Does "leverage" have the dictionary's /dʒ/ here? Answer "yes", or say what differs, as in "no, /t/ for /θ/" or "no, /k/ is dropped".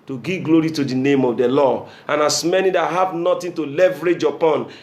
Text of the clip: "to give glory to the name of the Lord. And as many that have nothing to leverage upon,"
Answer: yes